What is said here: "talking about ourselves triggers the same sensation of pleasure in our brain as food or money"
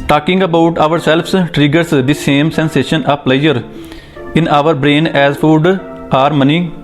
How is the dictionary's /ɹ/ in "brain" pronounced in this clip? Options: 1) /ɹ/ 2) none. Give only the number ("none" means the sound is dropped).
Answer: 1